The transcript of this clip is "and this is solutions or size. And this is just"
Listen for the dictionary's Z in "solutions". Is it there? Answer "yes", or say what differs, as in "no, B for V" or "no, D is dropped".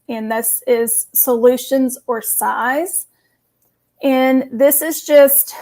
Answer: yes